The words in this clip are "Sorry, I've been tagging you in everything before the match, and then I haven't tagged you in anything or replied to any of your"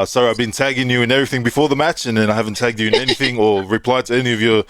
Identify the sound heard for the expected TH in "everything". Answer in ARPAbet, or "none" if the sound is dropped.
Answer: TH